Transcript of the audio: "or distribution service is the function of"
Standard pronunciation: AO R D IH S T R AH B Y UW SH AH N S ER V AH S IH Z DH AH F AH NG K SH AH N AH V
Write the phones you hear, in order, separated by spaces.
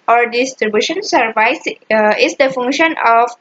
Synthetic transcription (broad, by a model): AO R D IH S T R AH B Y UW SH AH N S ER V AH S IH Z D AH F AH NG K SH AH N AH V